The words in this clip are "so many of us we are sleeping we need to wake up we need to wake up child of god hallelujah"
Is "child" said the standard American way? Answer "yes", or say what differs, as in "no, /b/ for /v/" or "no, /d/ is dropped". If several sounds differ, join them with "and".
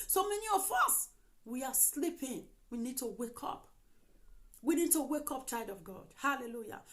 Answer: no, /l/ is dropped